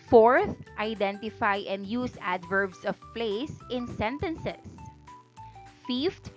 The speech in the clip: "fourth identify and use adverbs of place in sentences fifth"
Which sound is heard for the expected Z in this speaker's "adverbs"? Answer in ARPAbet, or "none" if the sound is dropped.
S